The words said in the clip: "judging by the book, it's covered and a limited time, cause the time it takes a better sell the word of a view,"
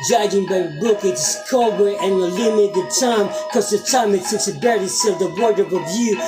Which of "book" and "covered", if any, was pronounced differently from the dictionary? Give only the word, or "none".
covered